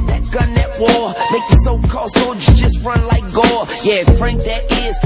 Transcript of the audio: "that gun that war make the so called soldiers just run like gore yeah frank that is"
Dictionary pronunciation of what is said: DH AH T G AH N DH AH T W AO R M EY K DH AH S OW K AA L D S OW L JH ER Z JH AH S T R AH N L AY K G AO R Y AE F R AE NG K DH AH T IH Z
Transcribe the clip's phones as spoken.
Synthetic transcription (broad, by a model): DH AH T G AH N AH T W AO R M EY K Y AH S OW K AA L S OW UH JH AH S T R AH N L AY K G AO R Y AE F R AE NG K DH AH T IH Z